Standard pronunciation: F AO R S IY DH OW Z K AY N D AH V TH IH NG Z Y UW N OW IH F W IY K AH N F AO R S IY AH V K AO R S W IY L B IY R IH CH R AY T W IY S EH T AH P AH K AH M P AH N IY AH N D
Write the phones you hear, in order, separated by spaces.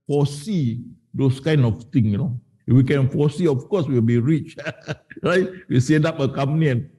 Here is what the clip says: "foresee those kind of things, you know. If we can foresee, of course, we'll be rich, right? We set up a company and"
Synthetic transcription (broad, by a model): F AO S IY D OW S K AY N D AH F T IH NG Y UW N OW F W IY K AH N F AO S IY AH F K AO S W IY L B IY R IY CH R AY T W IY S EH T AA P AH K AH M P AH N IY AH N